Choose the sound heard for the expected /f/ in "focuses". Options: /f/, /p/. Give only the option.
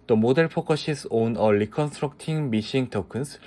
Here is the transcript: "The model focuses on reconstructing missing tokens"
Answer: /p/